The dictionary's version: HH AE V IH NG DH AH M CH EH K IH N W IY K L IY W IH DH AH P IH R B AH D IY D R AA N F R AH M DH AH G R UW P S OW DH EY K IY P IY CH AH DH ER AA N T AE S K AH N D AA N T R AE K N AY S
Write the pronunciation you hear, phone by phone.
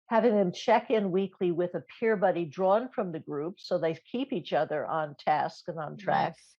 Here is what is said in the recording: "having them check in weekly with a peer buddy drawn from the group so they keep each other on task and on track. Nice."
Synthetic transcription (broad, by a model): HH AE V IH NG DH AH M CH EH K IH N W IY K L IY W IH DH AH P IH R B AH D IY D R AA N F R AH M DH AH G R UW P S OW DH EY K IY P IY CH AH DH ER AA N T AE S K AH N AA N T R AE K